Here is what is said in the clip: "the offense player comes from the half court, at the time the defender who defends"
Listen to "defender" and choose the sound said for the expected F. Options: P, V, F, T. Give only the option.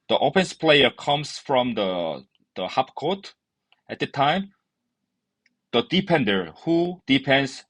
P